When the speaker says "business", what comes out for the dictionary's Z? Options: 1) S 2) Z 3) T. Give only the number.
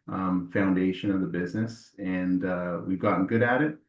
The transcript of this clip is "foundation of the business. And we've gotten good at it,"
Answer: 2